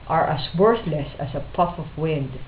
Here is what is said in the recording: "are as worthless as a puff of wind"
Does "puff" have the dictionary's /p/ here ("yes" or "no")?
yes